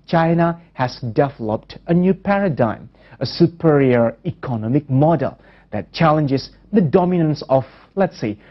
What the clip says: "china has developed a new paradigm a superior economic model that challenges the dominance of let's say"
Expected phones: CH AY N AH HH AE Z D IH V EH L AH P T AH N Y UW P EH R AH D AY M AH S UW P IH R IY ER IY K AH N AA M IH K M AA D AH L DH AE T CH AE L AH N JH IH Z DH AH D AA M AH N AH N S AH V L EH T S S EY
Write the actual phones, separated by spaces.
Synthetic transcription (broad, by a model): CH AY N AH HH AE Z D IH V EH L AH P T AH N Y UW P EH R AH D AY M AH S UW P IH R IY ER IY K AH N AA M IH K M AA D AH L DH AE T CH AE L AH N JH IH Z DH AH D AA M AH N AH N S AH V L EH T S S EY